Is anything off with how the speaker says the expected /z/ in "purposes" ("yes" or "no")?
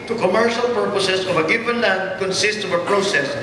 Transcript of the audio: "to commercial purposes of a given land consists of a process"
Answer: yes